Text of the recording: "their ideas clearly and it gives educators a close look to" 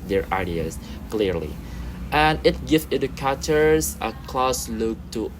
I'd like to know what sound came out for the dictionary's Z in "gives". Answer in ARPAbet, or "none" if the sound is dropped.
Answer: none